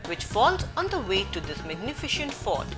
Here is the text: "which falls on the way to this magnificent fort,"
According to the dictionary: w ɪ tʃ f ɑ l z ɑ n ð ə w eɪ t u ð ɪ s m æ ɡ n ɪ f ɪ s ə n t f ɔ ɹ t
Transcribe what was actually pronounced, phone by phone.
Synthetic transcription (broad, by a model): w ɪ tʃ f ɑ l z ɑ n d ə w eɪ t u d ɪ s m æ ɡ n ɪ f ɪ ʃ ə n t f ɔ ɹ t